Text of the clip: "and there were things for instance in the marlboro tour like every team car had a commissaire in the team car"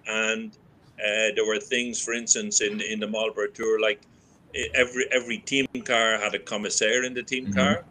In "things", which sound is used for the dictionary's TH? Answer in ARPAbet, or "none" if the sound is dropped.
TH